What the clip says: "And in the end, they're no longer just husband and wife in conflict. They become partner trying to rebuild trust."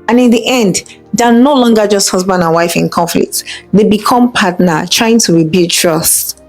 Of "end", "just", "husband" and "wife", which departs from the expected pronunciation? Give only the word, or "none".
none